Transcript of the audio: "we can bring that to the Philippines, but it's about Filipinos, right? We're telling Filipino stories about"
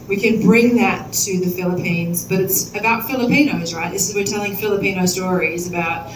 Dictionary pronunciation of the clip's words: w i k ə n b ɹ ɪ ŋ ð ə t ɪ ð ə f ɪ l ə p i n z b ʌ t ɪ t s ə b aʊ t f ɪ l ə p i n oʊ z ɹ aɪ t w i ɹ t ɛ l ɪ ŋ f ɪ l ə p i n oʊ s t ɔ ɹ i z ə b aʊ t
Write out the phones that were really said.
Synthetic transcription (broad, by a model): w i k ə n b ɹ ɪ ŋ ð ə t ɪ ð ə f ɪ l ə p i n z b ʌ t ɪ t s ə b aʊ t f ɪ l ə p i n oʊ z ɹ aɪ t w i ɹ t ɛ l ɪ ŋ f ɪ l ə p i n oʊ s t ɔ ɹ i z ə b aʊ t